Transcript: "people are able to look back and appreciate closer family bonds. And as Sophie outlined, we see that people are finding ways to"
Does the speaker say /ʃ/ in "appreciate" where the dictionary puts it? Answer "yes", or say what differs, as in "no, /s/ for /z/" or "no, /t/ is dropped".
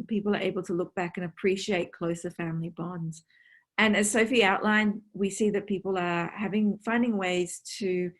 yes